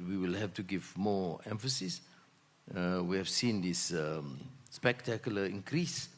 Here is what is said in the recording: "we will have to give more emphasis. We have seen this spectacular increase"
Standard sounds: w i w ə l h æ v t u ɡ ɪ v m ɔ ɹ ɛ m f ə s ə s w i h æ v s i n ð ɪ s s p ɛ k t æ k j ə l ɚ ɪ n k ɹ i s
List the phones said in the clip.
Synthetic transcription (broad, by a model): w i w ə l h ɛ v t u ɡ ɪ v m ɔ ɛ m f ə s ə s w i h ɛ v s i n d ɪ s s p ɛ k t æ k j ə l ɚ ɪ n k ɹ i s